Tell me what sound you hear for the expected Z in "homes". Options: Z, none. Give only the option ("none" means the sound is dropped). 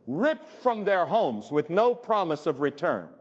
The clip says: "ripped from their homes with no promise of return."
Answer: Z